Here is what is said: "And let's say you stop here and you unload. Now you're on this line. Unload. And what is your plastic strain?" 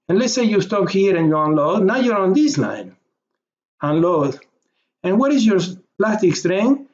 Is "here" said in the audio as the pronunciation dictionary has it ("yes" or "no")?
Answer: yes